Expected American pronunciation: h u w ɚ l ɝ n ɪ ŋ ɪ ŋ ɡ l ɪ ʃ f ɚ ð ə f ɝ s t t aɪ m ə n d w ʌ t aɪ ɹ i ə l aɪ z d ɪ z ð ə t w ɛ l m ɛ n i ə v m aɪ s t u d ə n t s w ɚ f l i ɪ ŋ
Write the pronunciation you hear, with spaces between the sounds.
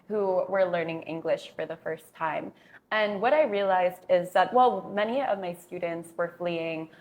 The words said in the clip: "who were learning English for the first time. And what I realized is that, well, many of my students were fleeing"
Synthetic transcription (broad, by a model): h u w ɚ l ɝ n ɪ ŋ ɪ ŋ ɡ l ɪ ʃ f ɚ ð ə f ɝ s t t aɪ m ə n w ʌ t aɪ ɹ i ə l aɪ z d ɪ z ð ə t w ɛ l m ɛ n i ə v m aɪ s t u d n t s w ɚ f l i ɪ ŋ